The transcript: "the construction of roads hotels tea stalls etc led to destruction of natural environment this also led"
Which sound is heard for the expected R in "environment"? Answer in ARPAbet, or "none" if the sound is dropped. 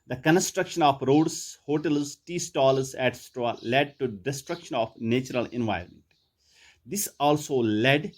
none